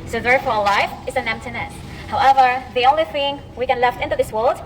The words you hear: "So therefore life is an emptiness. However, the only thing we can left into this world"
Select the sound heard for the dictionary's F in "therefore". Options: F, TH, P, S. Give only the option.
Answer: F